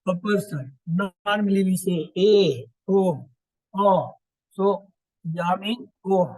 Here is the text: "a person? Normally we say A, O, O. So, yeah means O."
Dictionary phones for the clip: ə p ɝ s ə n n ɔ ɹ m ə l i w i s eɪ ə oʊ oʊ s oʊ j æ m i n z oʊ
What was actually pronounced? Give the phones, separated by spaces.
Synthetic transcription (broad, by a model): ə p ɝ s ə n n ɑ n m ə l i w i s eɪ ə oʊ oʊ s oʊ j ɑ m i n oʊ